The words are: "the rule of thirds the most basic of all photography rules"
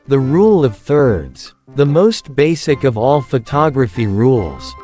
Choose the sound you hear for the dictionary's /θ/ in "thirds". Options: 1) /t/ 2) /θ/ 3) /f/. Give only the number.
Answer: 2